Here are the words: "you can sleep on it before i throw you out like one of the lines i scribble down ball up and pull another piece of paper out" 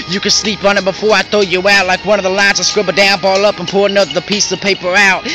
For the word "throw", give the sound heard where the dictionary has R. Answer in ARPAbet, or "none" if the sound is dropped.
none